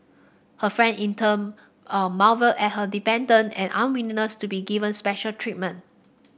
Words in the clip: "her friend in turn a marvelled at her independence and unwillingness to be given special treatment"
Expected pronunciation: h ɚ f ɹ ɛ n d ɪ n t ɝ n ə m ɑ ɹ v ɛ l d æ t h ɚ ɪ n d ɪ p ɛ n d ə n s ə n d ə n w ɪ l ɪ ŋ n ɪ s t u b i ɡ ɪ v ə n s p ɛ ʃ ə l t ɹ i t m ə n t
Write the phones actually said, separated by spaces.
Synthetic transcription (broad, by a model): h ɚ f ɹ ɛ n d ɪ n t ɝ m ə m ɑ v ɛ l ɛ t h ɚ d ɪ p ɛ n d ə n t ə n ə n w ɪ n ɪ n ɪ s t u b i ɡ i v ə n s p ɛ ʃ ə l t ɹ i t m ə n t